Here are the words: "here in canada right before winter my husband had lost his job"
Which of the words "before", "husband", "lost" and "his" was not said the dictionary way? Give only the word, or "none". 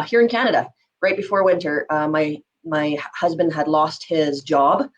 none